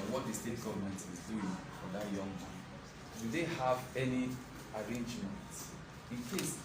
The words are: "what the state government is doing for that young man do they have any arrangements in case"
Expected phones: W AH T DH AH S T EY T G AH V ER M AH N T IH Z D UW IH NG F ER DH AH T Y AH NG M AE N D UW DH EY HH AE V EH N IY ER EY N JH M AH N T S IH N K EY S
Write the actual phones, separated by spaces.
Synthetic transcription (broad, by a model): W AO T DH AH S T EY T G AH V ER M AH N T IH Z D UW IH NG F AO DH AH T Y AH NG M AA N D UW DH EY HH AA V EH N IY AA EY N JH M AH N T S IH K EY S